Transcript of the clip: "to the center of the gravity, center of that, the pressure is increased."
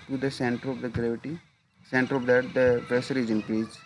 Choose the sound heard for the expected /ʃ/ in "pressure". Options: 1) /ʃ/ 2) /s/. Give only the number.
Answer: 2